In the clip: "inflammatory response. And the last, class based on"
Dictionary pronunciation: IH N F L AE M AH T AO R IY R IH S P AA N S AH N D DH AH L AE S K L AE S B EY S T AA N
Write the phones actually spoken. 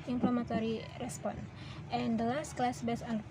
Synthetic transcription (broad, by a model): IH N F L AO M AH T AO R IY R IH S P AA N AH N D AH L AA S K L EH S B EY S AA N